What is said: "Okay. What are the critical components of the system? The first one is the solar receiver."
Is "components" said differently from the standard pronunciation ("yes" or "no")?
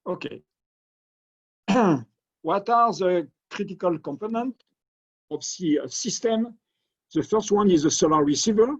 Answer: yes